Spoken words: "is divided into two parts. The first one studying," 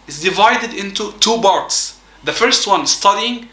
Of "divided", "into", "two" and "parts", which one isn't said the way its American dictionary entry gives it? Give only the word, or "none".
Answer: parts